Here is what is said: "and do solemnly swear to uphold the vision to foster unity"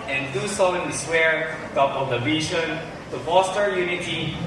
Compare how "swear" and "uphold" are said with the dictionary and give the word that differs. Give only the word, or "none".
uphold